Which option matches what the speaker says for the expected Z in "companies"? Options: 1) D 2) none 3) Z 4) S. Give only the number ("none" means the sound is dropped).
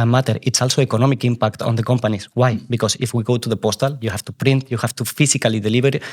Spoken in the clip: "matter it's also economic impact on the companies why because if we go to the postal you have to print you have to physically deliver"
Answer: 4